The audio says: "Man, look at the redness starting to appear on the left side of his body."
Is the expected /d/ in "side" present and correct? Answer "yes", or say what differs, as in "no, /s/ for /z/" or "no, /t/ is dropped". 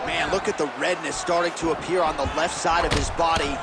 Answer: yes